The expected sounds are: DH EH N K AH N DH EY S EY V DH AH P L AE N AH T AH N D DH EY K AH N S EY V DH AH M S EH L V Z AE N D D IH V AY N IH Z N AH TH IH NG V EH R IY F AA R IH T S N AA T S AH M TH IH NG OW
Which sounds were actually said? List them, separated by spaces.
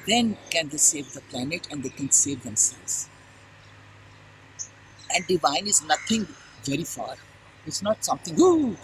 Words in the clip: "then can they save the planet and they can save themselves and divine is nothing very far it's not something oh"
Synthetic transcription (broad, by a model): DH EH N K AH N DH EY S EY V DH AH P L AE N AH T AH N D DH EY K AH N S EY V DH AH M S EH L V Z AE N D D IH V AY N IH Z N AH T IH NG V EH R IY F AA R IH T S N AA T S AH M T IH NG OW